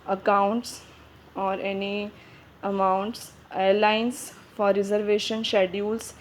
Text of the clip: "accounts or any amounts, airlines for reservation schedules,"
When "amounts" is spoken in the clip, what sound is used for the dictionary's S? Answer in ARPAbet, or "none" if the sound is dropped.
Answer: S